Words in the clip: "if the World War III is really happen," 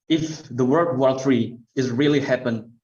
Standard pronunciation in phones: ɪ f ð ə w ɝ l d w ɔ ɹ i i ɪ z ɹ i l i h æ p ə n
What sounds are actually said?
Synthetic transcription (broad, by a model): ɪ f ð ə w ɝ d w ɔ ɹ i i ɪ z ɹ i l i h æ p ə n